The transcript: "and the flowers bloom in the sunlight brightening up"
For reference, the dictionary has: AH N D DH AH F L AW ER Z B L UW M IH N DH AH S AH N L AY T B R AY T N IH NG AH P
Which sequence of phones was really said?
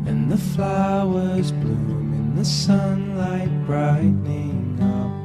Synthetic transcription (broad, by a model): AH N DH AH F L AW ER Z B L UW M IH N DH AH S AH N L AY T B R AY T N IH NG AH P